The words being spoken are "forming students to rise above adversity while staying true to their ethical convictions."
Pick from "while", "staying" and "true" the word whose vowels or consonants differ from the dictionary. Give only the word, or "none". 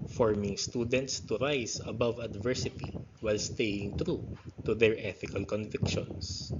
none